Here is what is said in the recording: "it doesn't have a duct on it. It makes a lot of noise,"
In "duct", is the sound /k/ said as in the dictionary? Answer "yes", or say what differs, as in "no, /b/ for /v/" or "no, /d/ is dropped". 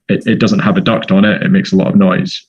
yes